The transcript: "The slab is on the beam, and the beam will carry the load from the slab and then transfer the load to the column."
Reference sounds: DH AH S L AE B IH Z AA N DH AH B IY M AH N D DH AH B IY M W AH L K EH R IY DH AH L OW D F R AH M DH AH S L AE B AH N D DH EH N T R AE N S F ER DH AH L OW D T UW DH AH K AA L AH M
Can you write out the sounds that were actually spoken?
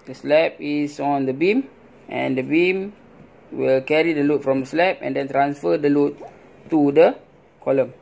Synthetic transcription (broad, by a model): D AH S L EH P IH S AA N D AH B IY M AH N D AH B IY M W AH L K EH R IY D AH L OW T F R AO M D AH S L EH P AH N D EH N T R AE N S F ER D AH L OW T UW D AH K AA L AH M